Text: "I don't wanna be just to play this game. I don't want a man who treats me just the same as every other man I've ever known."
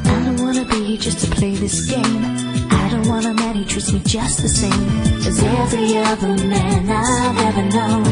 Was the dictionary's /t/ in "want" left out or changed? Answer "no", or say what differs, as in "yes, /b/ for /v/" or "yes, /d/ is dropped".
yes, /t/ is dropped